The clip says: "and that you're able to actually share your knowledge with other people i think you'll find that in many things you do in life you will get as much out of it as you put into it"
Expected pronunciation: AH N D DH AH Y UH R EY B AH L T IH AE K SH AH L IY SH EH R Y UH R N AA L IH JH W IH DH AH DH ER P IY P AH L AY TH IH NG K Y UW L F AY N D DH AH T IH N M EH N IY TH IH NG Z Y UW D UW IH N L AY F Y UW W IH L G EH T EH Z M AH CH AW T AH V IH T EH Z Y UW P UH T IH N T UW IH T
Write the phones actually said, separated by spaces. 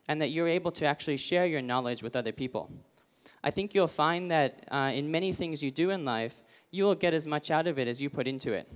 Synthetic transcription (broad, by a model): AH N DH AH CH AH R EY B L T IH AE K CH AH L IY SH EH R Y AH R N AA L IH JH W IH DH AH DH ER P IY P L AY TH IH NG K Y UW L F AY N DH AH T IH N M EH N IY TH IH NG Z Y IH D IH IH N L AY F Y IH W IH L G EH T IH Z M AH CH AW T AH V IH T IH Z Y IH P UH T IH N T UW IH T